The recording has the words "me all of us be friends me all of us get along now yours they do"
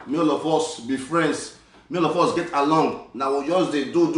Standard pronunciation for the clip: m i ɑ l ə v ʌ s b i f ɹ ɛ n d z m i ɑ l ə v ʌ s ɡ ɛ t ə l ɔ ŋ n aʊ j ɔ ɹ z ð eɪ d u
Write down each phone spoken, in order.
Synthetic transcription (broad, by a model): m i ɑ l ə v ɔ s b i f ɹ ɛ n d s m i ɑ l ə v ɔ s ɡ ɛ t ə l ɔ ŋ n aʊ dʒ ɔ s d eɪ d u